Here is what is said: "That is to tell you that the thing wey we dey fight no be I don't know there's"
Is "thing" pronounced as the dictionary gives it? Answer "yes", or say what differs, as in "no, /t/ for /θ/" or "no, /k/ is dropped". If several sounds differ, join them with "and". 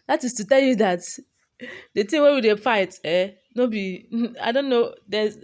no, /t/ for /θ/